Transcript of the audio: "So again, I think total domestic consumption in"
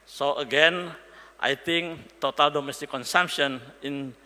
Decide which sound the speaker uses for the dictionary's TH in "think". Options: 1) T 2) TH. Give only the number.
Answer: 1